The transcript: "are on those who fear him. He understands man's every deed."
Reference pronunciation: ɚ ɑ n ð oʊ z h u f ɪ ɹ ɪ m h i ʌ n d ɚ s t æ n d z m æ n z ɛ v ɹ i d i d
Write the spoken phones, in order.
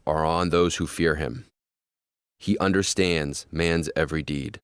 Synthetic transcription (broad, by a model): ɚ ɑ n ð oʊ z h u f ɪ ɹ ɪ m h i ʌ n d ɚ s t æ n d z m æ n z ɛ v ɹ i d i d